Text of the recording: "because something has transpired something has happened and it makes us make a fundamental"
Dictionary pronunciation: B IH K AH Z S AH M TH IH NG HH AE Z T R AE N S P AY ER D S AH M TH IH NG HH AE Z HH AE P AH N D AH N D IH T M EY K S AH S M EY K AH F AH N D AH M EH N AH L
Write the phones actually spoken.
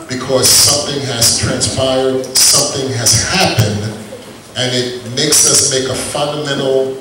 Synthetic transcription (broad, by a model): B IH K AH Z S AH M TH IH NG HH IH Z T R AE N S P AY ER D S AH M TH IH NG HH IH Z HH AE P AH N D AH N IH T M EY K S AH S M EY K AH F AH N D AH M EH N L